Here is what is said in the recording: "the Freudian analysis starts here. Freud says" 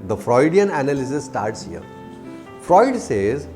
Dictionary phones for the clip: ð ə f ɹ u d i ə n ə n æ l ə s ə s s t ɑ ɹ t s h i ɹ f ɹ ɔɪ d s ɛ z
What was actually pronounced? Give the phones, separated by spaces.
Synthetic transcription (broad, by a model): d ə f ɹ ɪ d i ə n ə n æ l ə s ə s s t ɑ ɹ t s h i ɹ f ɹ ɔɪ d s ɛ z